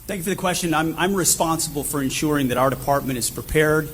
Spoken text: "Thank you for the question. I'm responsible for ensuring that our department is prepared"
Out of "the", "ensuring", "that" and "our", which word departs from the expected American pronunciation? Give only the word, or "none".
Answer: none